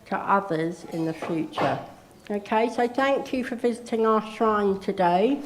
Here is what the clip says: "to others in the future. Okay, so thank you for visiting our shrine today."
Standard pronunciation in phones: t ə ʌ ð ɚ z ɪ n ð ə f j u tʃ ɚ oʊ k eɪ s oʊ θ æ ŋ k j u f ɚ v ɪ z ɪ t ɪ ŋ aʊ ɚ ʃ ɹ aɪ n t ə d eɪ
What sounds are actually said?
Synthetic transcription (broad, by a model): t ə ʌ ð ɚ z ɪ n ð ə f j u tʃ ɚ oʊ k eɪ s oʊ θ æ ŋ k j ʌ f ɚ v ɪ z ɪ t ɪ ŋ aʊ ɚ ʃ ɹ aɪ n t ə d eɪ